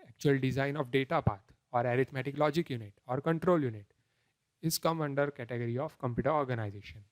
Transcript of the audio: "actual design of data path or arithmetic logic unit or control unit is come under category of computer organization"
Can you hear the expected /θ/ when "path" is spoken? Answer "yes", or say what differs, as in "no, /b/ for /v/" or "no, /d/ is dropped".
no, /t/ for /θ/